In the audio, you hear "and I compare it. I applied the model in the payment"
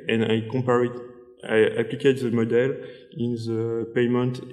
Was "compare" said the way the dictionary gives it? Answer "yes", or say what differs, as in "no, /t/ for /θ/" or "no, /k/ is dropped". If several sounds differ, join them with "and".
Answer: no, /m/ is dropped